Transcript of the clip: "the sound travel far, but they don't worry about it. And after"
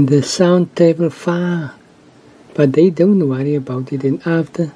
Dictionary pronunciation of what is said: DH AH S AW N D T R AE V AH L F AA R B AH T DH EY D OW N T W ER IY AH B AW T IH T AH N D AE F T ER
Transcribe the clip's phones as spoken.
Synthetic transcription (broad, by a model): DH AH S AW N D T EH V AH L F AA B AH T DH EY D OW N T W ER IY AH B AW T IH T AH N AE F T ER